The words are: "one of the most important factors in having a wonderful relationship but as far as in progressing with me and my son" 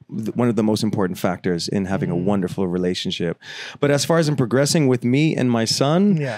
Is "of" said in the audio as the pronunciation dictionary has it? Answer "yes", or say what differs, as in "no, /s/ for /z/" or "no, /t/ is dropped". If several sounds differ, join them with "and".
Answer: yes